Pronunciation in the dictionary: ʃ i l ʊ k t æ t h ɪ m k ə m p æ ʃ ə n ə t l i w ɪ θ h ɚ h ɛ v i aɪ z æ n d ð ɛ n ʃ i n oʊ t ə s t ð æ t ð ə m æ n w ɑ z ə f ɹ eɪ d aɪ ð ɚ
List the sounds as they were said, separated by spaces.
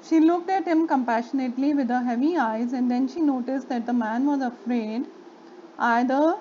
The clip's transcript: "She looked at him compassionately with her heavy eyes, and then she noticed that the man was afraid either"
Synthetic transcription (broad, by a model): ʃ i l ʊ k t æ t h ɪ m k ə m p æ ʃ ə n ə t l i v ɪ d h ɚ h ɛ v i aɪ z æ n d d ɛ n ʃ i n oʊ t ə s t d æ t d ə m æ n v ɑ z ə f ɹ eɪ d aɪ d ɚ